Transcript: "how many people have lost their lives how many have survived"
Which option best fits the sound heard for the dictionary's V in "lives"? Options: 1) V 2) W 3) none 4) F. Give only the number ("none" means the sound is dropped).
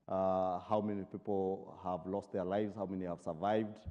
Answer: 1